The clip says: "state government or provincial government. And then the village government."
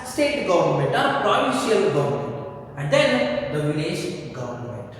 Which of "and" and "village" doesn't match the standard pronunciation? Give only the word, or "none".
village